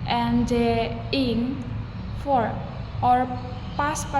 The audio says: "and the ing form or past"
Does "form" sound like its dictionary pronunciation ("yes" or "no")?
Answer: no